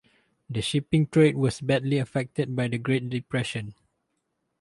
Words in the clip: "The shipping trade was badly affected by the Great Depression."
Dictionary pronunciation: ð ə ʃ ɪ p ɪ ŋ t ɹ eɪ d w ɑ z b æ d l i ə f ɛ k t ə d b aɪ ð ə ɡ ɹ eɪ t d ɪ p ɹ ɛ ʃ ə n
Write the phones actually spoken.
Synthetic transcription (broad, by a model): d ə ʃ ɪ p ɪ ŋ t ɹ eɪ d w ɑ s b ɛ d l i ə f ɛ k t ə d b aɪ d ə ɡ ɹ eɪ t d ɪ p ɹ ɛ ʃ ə n